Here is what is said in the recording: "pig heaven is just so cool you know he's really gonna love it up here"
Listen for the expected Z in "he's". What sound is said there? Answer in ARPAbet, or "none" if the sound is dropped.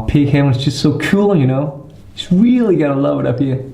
S